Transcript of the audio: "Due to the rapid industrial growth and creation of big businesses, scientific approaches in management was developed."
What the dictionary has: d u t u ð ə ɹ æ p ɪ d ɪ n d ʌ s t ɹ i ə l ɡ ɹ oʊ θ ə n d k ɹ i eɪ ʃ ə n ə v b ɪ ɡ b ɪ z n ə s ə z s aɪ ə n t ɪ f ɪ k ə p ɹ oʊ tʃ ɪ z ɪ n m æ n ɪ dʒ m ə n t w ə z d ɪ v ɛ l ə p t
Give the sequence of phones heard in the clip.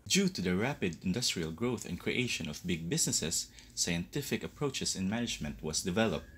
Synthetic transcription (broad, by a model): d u t u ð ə ɹ æ p ɪ d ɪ n d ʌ s t ɹ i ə l ɡ ɹ oʊ θ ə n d k ɹ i eɪ ʃ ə n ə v b ɪ ɡ b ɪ s n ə s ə s aɪ ə n t ɪ f ɪ k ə p ɹ oʊ tʃ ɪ s ɪ n m æ n ɪ dʒ m ə n t w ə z d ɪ v ɛ l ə p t